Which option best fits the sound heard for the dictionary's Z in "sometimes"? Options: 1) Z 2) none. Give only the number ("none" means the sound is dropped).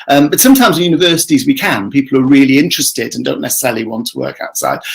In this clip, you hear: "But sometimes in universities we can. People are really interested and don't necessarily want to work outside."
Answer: 1